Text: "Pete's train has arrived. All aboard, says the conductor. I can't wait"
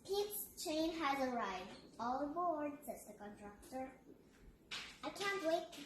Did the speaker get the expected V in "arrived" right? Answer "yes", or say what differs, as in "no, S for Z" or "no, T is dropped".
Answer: no, V is dropped